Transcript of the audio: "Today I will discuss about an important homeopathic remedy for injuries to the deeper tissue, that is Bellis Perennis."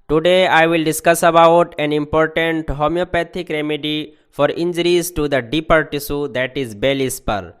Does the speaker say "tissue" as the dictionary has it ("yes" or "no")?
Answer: no